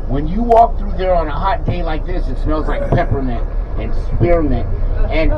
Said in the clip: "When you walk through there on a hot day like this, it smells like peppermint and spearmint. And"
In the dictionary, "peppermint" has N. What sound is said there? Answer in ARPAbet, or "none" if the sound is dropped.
none